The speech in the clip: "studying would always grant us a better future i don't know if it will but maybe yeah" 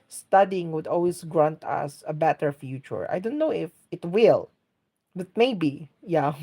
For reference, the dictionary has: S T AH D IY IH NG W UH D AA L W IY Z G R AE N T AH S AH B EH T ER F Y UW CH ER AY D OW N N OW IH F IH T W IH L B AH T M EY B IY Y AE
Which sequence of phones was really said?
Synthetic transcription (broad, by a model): S T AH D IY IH NG W UH D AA L W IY S G R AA N T AH S AH B EH T ER F Y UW CH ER AY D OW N N OW IH F IH T W IH L B AH T M EY B IY Y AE